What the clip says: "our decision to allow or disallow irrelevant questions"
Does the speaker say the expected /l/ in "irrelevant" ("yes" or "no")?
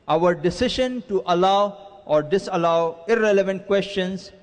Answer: yes